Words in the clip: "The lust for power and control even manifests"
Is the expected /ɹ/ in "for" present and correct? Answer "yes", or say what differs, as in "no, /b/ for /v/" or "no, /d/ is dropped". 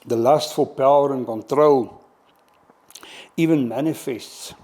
no, /l/ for /ɹ/